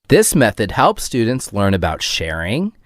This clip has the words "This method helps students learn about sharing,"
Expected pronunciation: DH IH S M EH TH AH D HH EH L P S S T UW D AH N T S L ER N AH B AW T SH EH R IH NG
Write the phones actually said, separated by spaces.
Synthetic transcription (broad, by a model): DH IH S M EH TH AH D HH EH L P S S T UW D N T S L ER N AH B AW T SH EH R IH NG